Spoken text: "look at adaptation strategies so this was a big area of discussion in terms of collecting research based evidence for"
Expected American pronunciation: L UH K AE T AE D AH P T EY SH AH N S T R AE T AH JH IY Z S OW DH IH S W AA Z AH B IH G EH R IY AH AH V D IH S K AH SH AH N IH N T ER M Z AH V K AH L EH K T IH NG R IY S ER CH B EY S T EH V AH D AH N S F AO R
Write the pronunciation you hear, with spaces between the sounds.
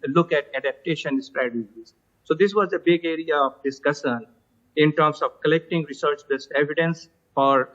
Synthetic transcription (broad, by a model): L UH K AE T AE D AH P T EY SH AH N S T R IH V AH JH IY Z S OW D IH S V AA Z AH B IH G EH R IY AH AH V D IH S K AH S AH N IH N T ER M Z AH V K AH L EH K T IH NG R IY S ER CH B EY S T EH V AH D AH N S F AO R